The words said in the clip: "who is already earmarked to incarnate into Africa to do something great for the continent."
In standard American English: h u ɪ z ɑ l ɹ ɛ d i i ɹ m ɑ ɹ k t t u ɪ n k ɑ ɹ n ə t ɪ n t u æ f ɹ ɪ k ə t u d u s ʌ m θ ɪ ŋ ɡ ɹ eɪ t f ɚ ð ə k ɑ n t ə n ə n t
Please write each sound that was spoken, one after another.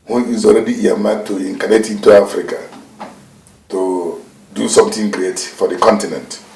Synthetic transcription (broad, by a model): h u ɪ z ɑ l ɹ ɛ d i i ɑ m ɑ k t t u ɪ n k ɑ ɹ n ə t ɪ n t u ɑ f ɹ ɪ k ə t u d u s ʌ m t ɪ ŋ ɡ ɹ eɪ t f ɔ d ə k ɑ n t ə n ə n t